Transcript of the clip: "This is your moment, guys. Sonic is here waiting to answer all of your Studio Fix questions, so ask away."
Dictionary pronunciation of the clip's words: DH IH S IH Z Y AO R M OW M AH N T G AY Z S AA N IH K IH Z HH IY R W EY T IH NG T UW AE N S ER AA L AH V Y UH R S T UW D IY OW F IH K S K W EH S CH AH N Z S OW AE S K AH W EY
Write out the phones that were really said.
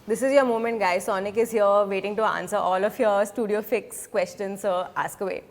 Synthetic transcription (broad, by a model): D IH S IH Z Y AO R M OW M AH N T G AY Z S AA N IH K IH Z HH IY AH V EY T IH NG T UW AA N S ER AA L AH F Y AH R S T UW D IY OW F IH K S K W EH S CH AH N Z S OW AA S K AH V EY